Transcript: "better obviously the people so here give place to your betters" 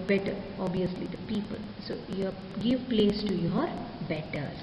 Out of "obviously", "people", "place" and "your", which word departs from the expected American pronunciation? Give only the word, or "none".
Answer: obviously